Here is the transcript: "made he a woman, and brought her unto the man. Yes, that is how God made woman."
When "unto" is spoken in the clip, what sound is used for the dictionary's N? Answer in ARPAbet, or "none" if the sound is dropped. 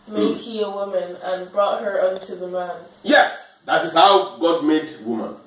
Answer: N